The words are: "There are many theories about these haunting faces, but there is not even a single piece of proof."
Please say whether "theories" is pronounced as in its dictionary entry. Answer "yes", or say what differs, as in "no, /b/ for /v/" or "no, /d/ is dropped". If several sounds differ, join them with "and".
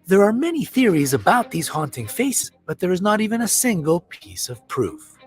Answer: yes